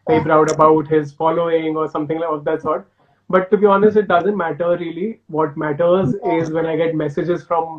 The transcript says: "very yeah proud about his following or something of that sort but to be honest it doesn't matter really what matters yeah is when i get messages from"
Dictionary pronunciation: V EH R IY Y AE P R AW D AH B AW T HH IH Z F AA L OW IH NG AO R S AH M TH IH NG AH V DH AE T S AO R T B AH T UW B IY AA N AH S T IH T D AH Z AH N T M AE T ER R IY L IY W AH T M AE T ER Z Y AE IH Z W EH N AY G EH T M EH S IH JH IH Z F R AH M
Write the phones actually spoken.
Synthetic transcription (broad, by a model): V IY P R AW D AH B AW T HH IH Z F AA L OW IH NG AO R S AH M T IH NG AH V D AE T S AO R T B AH T UW B IY AA N AH S T IH T D AH Z AH N T M AE T ER R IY L IY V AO T M AE T ER Z IH Z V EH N AY G EH T M EH S IH JH IH Z F R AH M